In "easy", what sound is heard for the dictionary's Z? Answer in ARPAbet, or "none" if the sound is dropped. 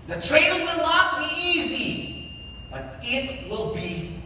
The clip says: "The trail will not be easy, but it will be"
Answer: Z